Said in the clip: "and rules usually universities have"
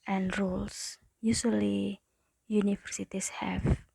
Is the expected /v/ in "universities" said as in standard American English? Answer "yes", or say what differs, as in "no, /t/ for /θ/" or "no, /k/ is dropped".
no, /f/ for /v/